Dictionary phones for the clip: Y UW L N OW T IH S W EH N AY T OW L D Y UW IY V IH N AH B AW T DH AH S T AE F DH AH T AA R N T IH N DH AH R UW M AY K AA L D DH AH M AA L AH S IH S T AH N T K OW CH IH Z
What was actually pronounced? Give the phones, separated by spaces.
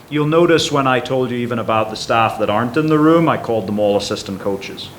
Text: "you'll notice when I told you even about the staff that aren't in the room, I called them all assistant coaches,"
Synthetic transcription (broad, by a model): Y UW L N OW T IH S W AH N AY T OW L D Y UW IY V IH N AH B AW T DH AH S T AE F DH AH T AA R N T IH N DH AH R UW M AY K AA L D DH AH M AA L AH S IH S T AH N K OW CH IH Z